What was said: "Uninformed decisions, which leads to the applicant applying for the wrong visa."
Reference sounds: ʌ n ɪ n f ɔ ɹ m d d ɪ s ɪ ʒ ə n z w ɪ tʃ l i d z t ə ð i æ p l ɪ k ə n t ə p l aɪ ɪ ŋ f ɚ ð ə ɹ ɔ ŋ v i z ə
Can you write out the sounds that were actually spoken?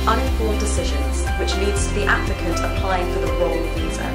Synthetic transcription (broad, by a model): ʌ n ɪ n f ɔ m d d ɪ s ɪ ʒ ə n z w ɪ tʃ l i d z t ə ð i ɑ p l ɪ k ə t ə p l aɪ ɪ ŋ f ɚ ð ə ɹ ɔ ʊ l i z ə